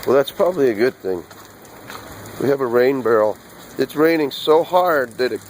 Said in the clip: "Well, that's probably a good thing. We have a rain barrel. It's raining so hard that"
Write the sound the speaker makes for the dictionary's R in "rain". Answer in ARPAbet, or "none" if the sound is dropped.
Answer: R